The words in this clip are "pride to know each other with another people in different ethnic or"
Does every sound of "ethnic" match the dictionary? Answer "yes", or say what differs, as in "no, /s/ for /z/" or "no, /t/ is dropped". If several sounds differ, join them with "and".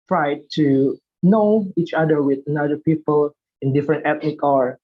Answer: no, /t/ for /θ/